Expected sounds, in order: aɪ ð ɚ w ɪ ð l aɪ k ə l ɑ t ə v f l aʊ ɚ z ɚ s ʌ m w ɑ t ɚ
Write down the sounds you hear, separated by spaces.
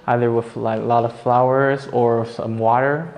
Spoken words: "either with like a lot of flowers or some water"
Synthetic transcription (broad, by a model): aɪ ð ɚ w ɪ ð l aɪ k ə l ɑ t ə v f l aʊ ɚ z ɚ s ʌ m w ɑ t ɚ